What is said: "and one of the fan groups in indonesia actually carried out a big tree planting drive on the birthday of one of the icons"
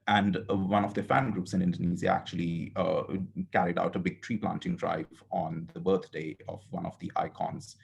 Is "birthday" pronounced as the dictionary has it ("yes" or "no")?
no